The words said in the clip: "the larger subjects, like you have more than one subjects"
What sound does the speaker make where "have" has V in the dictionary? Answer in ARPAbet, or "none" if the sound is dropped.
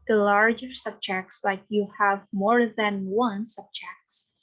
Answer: V